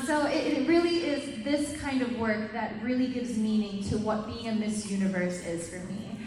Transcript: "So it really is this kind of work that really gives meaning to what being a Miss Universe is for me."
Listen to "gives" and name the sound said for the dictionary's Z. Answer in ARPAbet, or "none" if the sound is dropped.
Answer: Z